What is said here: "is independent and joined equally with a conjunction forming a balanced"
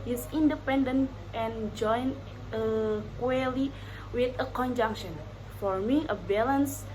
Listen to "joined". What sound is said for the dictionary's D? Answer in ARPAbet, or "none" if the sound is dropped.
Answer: none